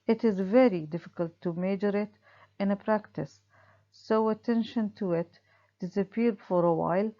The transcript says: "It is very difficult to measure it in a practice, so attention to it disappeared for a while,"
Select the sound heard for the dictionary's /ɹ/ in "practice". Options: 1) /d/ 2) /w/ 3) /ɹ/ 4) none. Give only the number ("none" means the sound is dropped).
3